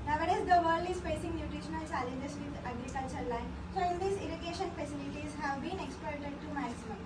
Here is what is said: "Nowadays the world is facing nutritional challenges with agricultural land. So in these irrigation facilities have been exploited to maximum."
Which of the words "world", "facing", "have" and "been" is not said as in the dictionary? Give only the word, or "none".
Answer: world